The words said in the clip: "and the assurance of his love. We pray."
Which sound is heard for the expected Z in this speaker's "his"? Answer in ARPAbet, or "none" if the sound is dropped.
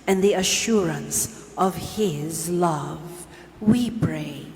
Z